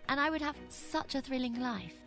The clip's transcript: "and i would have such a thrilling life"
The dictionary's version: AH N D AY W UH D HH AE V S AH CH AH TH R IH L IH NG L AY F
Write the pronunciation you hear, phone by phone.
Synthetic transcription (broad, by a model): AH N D AY W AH D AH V S AH CH AH TH R IH L IH NG L AY F